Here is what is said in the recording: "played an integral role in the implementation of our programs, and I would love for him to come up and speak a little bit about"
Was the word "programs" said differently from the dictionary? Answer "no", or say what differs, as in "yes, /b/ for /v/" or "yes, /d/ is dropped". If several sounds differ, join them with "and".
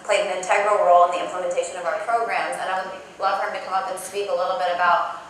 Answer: no